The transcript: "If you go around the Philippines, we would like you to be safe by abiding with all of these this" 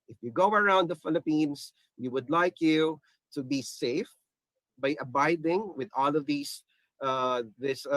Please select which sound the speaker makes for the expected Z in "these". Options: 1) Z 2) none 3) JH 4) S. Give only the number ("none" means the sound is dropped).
4